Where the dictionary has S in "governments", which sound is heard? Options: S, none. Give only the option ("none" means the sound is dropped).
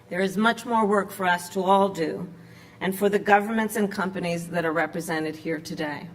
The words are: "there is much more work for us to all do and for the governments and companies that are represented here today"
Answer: S